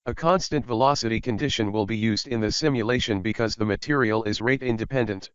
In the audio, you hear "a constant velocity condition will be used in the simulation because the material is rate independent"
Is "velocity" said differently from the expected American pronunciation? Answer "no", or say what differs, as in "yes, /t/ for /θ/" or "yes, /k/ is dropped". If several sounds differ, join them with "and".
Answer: no